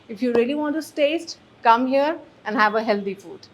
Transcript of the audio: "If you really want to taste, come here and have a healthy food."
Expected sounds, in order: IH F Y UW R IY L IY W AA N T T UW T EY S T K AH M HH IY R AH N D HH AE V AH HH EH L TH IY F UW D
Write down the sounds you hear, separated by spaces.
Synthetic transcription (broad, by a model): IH F Y UW R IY L IY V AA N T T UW T EY S T K AH M HH IY R AH N D HH AE V AH HH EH L T IY F UW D